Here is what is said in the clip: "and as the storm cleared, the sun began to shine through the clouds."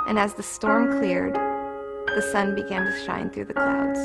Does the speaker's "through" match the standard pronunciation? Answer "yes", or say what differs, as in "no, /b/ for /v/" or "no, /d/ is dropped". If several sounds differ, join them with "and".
yes